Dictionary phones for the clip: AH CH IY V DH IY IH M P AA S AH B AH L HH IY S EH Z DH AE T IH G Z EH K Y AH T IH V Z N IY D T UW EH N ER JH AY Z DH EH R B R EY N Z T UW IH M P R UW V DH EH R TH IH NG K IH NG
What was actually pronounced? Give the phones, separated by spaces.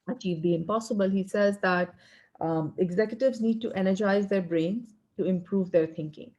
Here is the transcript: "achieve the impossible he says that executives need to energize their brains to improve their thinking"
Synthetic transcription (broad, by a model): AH CH IY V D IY IH M P AA S AH B AH L HH IY S EH Z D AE T IH G Z EH K Y AH T IH V Z N IY D T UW EH N ER JH AY Z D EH R B R EY N Z T UW IH M P R UW V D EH R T IH NG K IH NG